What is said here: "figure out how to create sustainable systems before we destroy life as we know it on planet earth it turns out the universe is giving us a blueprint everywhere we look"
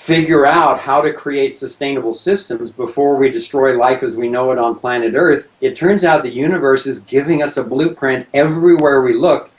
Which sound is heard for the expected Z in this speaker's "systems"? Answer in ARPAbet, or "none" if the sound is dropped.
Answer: Z